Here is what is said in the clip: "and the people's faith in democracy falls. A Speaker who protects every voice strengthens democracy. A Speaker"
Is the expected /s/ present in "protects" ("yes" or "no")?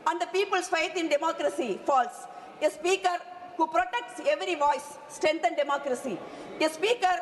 yes